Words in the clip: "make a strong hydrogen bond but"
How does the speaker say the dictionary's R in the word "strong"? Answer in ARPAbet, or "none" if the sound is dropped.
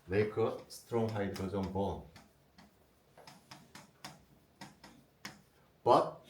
R